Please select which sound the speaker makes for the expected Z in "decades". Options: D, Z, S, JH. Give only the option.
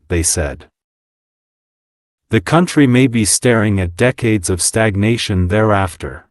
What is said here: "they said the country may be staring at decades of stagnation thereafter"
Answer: Z